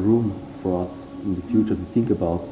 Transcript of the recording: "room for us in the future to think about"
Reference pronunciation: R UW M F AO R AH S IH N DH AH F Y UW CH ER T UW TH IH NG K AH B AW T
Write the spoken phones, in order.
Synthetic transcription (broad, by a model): R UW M F AO R AH S IH N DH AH F Y UW CH ER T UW TH IH NG K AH B AW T